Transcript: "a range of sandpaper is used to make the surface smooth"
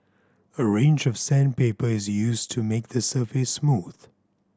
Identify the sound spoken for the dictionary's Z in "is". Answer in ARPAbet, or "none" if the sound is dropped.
Z